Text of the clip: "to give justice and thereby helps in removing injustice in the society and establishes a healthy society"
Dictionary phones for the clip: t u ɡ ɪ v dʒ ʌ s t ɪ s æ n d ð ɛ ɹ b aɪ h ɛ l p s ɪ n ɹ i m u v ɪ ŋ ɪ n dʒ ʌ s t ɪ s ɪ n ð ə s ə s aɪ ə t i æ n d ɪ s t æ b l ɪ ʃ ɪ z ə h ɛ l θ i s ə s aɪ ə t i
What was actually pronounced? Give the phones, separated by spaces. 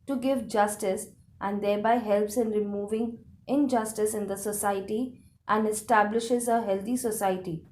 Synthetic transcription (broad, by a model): t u ɡ ɪ v dʒ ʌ s t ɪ s æ n d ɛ ɹ b aɪ h ɛ l p s ɪ n ɹ i m u v ɪ ŋ ɪ n dʒ ʌ s t ɪ s ɪ n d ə s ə s aɪ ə t i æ n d ɪ s t æ b l ɪ ʃ ɪ z ə h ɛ l t i s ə s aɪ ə t i